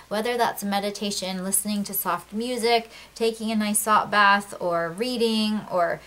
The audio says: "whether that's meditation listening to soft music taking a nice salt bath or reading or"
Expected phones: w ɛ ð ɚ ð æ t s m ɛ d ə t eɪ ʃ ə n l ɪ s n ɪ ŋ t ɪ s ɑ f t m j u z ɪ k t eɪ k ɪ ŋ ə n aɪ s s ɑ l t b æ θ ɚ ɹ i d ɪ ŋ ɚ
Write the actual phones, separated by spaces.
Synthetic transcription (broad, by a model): w ɛ ð ɚ ð æ t s m ɛ d ə t eɪ ʃ ə n l ɪ s n ɪ ŋ t ɪ s ɑ f t m j u z ɪ k t eɪ k ɪ ŋ ə n aɪ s s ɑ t b æ θ ɚ ɹ i d ɪ ŋ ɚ